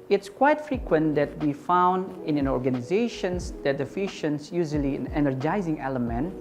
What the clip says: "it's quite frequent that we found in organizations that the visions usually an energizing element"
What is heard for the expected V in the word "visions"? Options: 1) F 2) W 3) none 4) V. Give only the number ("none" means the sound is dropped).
1